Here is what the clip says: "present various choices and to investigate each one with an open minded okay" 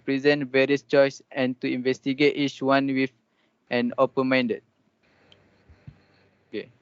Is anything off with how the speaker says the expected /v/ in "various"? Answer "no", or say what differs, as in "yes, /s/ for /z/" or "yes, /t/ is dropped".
no